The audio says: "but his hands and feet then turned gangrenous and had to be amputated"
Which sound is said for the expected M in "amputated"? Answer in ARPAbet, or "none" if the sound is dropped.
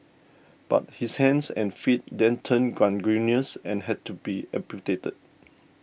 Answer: none